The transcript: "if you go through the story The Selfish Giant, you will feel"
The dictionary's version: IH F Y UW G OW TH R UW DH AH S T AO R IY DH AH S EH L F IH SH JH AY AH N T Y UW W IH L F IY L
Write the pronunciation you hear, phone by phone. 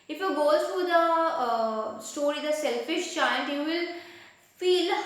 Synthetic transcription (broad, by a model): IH F Y UW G OW T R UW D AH S T AO R IY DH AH S EH L F IH SH CH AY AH N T Y UW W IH L F IY L